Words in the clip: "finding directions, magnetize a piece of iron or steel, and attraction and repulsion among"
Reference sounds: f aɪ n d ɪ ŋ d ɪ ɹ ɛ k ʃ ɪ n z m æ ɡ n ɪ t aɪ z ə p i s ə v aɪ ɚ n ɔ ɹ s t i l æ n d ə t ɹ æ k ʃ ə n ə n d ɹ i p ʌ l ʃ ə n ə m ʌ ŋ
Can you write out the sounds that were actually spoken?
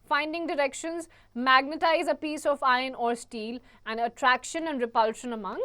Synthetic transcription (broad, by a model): f aɪ n d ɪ ŋ d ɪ ɹ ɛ k ʃ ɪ n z m æ ɡ n ɪ t aɪ z ə p i s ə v aɪ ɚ n ɔ ɹ s t i l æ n d ə t ɹ æ k ʃ ə n ə n d ɹ i p ʌ l ʃ ə n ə m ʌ ŋ